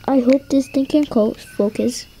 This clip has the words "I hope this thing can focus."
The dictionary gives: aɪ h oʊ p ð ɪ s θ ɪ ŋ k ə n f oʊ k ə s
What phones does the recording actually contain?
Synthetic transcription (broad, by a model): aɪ h oʊ p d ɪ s t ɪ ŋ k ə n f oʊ k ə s